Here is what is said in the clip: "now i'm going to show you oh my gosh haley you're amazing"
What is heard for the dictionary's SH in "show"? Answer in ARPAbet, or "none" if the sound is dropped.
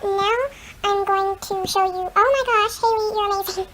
SH